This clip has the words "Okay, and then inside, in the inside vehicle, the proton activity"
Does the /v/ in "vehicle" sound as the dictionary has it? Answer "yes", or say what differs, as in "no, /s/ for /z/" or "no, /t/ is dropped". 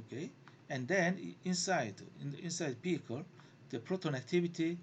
no, /p/ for /v/